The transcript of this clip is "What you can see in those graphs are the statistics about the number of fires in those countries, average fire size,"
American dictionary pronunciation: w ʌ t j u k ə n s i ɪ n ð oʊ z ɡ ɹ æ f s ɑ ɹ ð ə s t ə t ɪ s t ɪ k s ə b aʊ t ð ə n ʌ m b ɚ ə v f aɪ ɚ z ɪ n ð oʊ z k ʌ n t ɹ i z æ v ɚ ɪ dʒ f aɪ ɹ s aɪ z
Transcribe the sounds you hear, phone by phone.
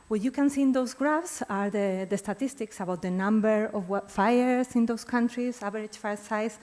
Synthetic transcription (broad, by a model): w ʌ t j u k ə n s i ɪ n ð oʊ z ɡ ɹ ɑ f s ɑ ɹ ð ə s t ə t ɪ s t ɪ k s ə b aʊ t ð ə n ʌ m b ɚ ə w f aɪ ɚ s ɪ n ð oʊ s k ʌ n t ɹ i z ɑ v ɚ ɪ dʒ f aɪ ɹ s aɪ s